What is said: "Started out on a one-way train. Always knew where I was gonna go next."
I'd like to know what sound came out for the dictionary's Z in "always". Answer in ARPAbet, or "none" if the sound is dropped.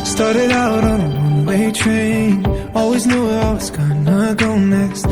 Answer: Z